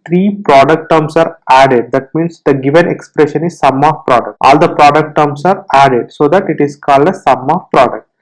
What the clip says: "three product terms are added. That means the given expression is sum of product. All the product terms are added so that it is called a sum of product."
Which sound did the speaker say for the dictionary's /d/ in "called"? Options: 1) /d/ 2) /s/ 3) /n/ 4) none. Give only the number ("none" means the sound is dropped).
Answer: 1